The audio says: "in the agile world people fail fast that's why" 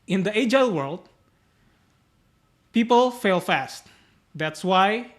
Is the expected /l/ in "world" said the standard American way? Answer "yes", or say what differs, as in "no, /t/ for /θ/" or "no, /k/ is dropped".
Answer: yes